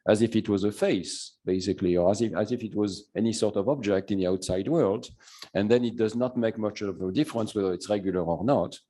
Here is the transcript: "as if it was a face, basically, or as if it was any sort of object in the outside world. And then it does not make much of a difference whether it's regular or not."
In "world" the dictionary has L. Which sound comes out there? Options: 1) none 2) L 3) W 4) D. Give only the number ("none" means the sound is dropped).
2